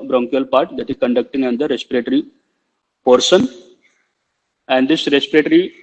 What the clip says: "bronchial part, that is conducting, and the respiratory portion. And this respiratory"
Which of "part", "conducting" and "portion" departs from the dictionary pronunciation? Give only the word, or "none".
portion